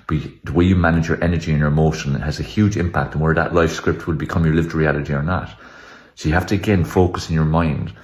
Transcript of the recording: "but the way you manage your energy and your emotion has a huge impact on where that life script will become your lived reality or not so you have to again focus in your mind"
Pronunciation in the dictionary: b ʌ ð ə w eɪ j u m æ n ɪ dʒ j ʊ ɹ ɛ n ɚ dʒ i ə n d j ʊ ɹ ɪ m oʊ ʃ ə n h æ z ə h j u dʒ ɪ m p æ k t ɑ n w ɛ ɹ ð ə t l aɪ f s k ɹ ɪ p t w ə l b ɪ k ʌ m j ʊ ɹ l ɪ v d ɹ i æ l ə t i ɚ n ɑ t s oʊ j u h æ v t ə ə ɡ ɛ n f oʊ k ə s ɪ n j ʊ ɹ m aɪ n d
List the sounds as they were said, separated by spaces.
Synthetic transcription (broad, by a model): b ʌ ð ə w eɪ j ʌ m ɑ n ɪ dʒ j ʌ ɹ ɛ n ɚ dʒ i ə n j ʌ ɹ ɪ m oʊ ʃ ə n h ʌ z ə h j u dʒ ɪ m p æ k t n w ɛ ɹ ð ə t l aɪ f s k ɹ ɪ p t w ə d b ɪ k ʌ m j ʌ ɹ l ɪ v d ɹ i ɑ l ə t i ɚ n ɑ t s oʊ j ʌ h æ f t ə ə ɡ ɛ n f oʊ k ə s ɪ n j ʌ ɹ m aɪ n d